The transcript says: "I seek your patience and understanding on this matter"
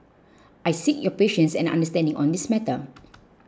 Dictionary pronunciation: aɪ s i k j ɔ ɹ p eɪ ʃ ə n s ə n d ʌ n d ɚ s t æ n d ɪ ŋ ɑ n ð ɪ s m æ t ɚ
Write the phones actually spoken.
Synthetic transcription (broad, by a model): aɪ s i k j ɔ p eɪ ʃ ə n s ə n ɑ n d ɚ s t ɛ n d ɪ ŋ ɑ n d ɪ s m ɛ t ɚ